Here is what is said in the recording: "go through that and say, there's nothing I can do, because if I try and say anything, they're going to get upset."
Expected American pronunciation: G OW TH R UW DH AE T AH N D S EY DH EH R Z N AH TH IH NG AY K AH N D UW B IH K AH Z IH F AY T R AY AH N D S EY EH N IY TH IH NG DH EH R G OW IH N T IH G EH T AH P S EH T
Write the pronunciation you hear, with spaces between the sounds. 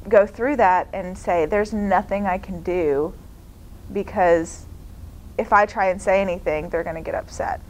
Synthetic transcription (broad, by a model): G OW TH R UW DH AE T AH N S EY DH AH R Z N AH TH IH NG AY K N D UW B IH K AH Z IH F AY T R AY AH N S EY EH N IY TH IH NG DH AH R G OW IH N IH G EH T AH P S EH T